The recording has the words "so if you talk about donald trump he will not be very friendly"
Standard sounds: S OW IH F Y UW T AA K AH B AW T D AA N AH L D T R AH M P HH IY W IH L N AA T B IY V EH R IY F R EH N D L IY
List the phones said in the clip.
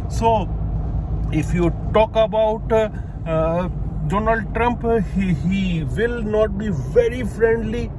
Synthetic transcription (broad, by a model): S OW IH F Y UW T AA K AH B AW T D AA N AH L D T R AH M P HH IY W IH L N AA T B IY V EH R IY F R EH N D L IY